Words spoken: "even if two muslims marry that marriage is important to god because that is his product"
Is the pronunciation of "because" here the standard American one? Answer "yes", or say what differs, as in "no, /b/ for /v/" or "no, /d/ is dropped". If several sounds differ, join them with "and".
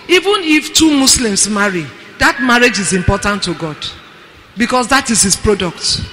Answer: no, /s/ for /z/